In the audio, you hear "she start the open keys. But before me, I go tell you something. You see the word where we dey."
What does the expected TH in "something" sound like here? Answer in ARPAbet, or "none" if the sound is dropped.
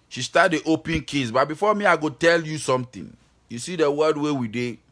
T